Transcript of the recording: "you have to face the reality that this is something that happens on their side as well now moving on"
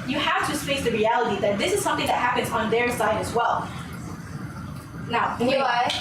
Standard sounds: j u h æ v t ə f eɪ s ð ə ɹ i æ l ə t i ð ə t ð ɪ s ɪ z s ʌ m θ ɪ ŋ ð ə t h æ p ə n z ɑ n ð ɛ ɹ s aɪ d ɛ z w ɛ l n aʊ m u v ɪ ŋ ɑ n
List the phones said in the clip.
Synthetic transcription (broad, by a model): j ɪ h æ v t f eɪ s ð ə ɹ i æ l ə t i ð ə t ð ɪ s ɪ z s ʌ m θ ɪ ŋ ð ə t h æ p ə n z n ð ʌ ɹ s aɪ d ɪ z w ɛ l n aʊ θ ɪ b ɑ